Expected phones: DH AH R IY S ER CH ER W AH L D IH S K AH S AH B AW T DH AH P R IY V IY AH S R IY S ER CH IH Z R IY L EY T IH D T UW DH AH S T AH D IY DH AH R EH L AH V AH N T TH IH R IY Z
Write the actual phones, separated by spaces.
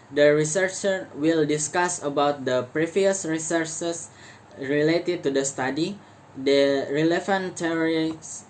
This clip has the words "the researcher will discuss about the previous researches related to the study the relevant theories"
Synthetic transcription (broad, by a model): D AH R IY S ER CH ER W AH L D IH S K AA S AH B AW T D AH P R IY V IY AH S R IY S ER S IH S R IY L EY T IH D T UW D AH S T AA D IY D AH R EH L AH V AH N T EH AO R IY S